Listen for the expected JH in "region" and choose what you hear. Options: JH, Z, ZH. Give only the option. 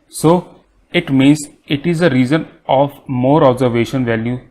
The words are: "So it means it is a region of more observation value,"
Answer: Z